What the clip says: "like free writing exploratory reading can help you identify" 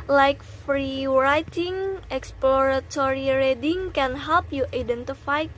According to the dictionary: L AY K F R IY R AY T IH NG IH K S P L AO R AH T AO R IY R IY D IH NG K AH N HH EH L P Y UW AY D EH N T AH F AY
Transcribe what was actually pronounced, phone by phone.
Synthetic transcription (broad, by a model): L AY K F R IY R AY T IH NG IH K S P L AO R AH T AO R IY R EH D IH NG K AH N HH EH L P Y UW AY D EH N T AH F AY